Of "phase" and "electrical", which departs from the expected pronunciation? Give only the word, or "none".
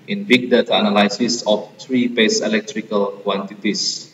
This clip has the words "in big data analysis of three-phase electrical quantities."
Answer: phase